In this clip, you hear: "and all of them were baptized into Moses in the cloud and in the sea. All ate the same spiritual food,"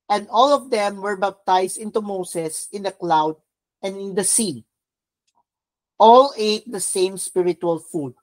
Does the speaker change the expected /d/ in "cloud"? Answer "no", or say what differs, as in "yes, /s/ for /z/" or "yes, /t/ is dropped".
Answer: no